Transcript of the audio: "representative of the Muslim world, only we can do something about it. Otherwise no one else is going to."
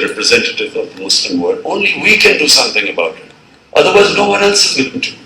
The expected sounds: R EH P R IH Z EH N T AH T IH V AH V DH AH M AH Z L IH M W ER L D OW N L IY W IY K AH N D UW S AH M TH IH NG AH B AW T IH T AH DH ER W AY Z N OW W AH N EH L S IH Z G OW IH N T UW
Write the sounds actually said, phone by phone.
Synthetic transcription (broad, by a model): R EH P R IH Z EH N T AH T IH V AH V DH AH M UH S L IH M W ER D OW N L IY W IY K AH N D UW S AH M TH IH NG AH B AW T IH T AH DH ER W AY Z N OW W AH N EH L S IH Z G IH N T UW